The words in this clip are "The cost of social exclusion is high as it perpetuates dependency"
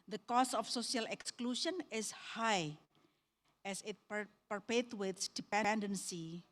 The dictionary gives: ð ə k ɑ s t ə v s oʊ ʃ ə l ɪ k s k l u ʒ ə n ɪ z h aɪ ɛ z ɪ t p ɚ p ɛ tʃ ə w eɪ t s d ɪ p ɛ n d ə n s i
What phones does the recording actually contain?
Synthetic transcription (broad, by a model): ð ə k ɑ s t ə f s oʊ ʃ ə l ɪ k s k l u ʃ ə n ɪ s h aɪ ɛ s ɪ t p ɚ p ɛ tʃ w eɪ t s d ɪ p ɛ n d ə n s i